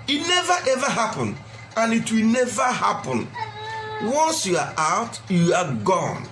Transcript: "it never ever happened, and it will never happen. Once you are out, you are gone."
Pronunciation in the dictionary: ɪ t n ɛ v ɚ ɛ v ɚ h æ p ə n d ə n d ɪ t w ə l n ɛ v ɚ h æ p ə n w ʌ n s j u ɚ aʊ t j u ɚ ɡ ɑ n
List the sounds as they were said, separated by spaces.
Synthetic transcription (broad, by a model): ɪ t n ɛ v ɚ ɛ v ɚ h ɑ p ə n ə n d ɪ t w ə l n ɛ v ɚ h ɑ p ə n w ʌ n s j u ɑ aʊ t j u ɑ ɡ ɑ n